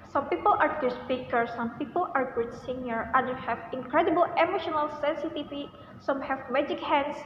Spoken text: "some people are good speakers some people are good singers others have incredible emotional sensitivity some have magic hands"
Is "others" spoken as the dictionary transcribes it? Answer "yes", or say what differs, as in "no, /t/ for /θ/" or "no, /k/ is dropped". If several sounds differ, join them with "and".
no, /z/ is dropped